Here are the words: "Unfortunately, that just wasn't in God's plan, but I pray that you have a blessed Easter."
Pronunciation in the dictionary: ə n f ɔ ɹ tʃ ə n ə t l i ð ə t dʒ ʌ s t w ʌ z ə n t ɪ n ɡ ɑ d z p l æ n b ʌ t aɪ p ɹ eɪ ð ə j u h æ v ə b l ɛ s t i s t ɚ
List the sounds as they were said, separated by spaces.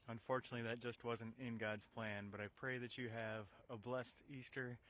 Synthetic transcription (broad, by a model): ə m f ɔ ɹ tʃ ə n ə t l i ð ə t dʒ ʌ s t w ʌ z ə n t ɪ n ɡ ɑ d z p l æ n b ʌ t aɪ p ɹ eɪ ð ə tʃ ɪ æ v ə b l ɛ s t i s t ɚ